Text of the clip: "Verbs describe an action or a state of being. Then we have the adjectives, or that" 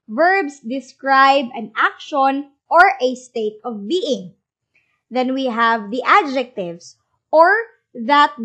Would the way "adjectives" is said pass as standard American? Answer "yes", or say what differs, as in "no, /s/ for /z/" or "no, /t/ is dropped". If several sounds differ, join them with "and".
no, /s/ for /z/